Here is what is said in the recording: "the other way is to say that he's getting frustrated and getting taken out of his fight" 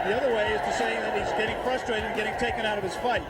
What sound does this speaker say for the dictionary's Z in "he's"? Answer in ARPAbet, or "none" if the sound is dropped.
Z